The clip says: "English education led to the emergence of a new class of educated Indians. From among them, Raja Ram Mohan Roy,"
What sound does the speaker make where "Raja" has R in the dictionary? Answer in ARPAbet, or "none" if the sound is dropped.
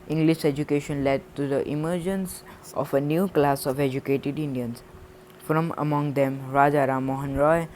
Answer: R